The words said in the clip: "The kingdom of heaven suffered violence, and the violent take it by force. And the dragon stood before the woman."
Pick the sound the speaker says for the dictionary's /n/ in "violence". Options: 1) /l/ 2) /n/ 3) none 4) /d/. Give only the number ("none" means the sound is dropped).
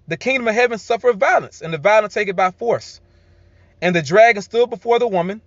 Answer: 2